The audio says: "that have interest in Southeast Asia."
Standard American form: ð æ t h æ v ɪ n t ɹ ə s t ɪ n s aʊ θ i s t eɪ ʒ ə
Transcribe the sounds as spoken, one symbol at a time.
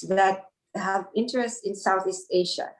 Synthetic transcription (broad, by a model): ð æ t h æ v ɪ n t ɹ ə s t ɪ n s aʊ θ i s t eɪ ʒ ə